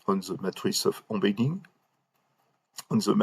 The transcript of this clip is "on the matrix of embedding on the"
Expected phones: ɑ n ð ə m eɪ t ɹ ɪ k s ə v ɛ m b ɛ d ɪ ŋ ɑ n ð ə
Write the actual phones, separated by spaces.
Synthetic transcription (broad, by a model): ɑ n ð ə m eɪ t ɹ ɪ s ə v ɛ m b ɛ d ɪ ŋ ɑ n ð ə